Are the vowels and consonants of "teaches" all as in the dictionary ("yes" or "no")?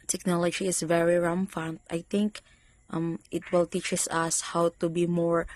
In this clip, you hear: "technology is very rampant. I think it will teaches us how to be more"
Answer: no